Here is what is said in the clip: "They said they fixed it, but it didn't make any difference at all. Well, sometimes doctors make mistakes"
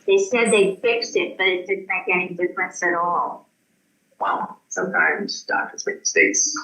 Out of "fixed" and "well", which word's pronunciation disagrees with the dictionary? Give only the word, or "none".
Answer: none